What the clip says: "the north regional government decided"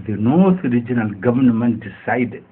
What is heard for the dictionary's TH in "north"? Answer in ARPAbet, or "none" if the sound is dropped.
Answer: T